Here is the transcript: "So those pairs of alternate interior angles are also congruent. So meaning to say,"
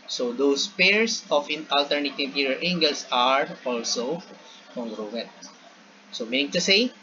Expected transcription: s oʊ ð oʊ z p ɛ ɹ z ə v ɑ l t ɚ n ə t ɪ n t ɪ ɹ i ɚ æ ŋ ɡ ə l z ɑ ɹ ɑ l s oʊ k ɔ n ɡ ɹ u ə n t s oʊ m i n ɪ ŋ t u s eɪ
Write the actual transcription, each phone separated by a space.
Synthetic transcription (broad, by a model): s oʊ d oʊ s p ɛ ɹ s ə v ɑ l t ɚ n ə t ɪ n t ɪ ɹ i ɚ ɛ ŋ ɡ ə l s ɑ ɹ ɑ l s oʊ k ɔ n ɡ ɹ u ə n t s oʊ m i n ɪ ŋ t u s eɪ